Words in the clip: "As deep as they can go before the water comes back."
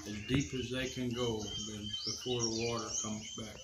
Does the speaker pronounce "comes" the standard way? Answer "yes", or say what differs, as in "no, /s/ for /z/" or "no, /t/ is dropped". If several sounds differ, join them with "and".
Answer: yes